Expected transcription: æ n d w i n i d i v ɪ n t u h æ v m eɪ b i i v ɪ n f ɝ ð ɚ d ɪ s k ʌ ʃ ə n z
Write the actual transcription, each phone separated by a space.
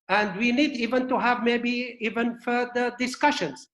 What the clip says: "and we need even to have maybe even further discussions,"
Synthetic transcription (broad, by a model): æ n d w i n i d i v ɪ n t u h æ v m eɪ b i i v ɪ n f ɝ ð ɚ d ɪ s k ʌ ʃ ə n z